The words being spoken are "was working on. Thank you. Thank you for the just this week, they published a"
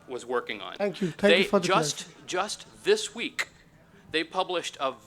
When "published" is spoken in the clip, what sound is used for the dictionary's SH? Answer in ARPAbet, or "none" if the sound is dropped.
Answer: SH